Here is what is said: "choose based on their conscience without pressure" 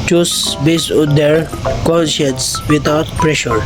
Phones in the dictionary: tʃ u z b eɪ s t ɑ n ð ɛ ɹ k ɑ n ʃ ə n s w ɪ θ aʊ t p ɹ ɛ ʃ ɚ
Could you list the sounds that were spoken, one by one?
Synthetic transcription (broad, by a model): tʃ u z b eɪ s ɑ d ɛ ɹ k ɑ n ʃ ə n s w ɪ t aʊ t p ɹ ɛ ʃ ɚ